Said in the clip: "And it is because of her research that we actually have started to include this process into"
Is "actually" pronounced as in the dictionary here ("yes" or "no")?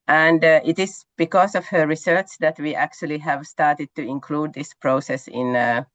yes